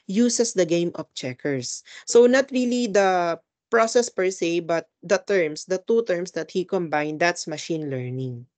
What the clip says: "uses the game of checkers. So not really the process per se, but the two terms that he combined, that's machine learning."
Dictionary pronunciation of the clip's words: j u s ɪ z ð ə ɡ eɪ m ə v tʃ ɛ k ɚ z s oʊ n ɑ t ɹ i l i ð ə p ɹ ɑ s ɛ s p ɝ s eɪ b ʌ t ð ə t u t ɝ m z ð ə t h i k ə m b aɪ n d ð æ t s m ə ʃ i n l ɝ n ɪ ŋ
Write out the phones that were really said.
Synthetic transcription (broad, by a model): j u s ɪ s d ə ɡ eɪ m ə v tʃ ɛ k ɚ s oʊ n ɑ t ɹ i l i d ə p ɹ ɑ s ɛ s p ɝ s eɪ b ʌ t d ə t u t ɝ m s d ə t h i k ə m b aɪ n d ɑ t s m ə ʃ i n l ɝ n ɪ ŋ